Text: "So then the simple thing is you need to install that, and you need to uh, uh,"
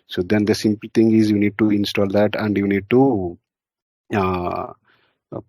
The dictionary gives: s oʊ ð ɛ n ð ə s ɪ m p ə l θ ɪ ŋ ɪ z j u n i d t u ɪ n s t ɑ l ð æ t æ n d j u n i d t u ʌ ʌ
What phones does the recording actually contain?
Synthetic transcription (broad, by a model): s oʊ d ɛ n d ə s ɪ m p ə l t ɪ ŋ ɪ z j u n i d t u ɪ n s t ɑ l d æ t æ n d j u n i d t u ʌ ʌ